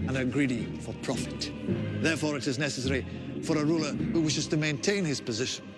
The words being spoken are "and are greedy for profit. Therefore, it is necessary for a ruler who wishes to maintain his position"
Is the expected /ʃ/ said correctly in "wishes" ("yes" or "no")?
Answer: yes